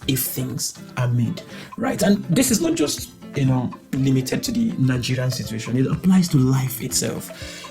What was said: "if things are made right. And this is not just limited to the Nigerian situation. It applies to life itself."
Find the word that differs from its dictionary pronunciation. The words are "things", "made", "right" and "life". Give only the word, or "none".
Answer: none